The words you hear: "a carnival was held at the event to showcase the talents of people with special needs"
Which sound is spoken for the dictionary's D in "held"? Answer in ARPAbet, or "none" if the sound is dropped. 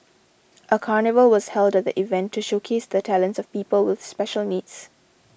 D